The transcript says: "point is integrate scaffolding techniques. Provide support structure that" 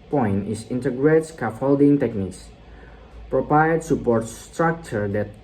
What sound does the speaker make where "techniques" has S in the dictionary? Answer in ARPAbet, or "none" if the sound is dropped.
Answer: S